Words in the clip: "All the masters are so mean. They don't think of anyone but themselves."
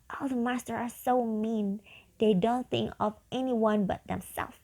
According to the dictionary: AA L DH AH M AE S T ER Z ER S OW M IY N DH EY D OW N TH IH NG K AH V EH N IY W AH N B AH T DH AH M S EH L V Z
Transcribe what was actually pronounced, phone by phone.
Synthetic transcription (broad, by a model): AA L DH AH M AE S T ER ER S OW M IY N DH EY D OW N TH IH NG K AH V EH N IY W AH N B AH T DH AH M S EH L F